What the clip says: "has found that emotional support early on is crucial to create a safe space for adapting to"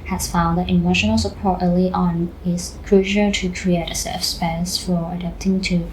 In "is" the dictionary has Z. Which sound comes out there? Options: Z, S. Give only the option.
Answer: S